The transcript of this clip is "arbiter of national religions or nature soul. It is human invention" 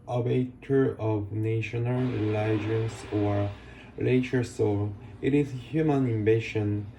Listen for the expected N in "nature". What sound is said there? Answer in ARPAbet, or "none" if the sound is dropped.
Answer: L